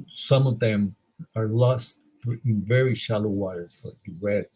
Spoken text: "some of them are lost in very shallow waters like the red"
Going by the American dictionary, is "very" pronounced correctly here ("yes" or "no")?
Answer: yes